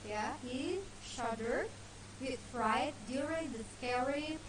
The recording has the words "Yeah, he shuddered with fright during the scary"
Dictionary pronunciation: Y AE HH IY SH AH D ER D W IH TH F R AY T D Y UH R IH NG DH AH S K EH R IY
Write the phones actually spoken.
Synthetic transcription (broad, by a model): Y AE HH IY SH AH D ER D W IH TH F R AY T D Y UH R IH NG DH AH S K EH R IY